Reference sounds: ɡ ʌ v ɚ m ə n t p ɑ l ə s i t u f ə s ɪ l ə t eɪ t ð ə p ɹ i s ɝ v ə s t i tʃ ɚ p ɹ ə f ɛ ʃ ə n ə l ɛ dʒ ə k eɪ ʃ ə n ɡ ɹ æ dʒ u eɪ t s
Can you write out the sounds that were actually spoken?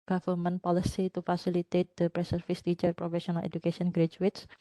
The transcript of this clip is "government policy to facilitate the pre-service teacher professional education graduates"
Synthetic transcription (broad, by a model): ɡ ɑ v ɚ m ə n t p ɑ l ə s i t u f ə s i l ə t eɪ t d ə p ɹ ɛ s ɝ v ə s t i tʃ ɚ p ɹ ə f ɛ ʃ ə n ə l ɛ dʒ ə k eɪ s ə n ɡ ɹ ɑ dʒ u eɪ t s